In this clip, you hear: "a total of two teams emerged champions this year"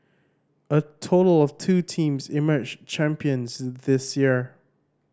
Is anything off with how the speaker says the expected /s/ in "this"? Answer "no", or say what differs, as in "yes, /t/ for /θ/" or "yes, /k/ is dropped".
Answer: no